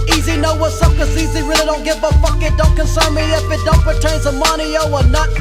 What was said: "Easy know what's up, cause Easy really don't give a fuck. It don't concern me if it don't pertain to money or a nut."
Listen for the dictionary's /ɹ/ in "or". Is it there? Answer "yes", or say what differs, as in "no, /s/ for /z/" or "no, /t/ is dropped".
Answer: no, /w/ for /ɹ/